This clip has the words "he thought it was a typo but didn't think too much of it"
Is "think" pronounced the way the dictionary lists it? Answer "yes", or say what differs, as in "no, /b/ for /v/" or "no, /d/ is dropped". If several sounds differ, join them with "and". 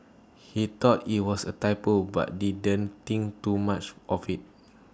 no, /t/ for /θ/